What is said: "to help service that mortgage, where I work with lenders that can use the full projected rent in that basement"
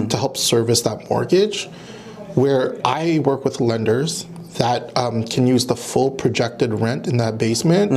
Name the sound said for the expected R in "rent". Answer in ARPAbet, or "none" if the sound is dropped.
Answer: R